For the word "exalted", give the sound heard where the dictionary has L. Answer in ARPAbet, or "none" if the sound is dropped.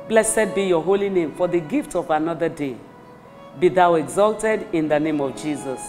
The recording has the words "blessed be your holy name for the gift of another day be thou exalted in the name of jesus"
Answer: L